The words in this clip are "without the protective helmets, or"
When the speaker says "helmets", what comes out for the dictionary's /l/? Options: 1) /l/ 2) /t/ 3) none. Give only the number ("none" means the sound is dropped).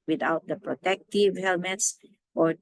1